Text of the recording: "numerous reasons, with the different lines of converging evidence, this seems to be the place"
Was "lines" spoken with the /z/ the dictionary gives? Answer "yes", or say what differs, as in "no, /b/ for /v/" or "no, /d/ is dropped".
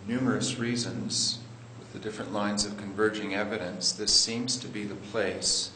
yes